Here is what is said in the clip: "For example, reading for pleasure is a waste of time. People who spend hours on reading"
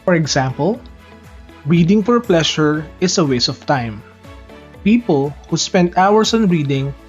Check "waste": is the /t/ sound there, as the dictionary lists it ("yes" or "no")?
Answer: no